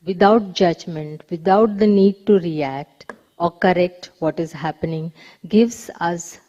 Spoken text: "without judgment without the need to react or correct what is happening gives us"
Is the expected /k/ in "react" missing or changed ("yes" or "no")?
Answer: no